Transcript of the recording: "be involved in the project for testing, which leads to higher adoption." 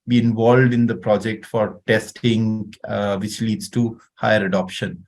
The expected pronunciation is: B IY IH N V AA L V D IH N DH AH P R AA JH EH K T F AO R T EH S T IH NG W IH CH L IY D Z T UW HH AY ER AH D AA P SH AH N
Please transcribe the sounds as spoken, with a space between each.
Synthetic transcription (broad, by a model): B IY IH N V AA L V D IH N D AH P R AA JH EH K T F AO R T EH S T IH NG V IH CH L IY D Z T UW HH AY ER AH D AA P SH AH N